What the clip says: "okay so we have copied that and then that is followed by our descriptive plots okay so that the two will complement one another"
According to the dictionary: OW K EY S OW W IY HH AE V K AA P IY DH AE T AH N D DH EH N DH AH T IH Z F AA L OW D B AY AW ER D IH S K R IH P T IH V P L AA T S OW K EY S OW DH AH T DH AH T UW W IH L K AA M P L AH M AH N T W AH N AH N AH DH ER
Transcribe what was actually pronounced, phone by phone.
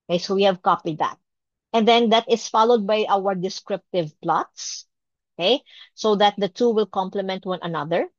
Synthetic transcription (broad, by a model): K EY S OW W IY HH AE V K AA P IY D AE T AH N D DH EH N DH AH T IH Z F AA L OW D B AY AW ER D IH S K R IH P T IH V P L AA T S OW K EY S OW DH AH T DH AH T UW W IH L K AA M P L AH M AH N T W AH N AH N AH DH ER